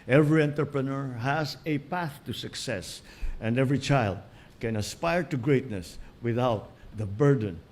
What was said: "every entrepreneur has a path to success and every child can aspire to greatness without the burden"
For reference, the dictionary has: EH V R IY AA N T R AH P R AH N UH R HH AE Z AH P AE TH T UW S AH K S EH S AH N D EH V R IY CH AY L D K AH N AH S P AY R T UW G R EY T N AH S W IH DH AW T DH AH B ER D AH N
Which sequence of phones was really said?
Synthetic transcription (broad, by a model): EH V R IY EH N T R P R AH N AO R HH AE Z AH P AE TH T UW S AH K S EH S AH N D EH V R IY CH AY L D K AH N AH S P AY R T UW G R EY T N AH S W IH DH AW T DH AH B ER D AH N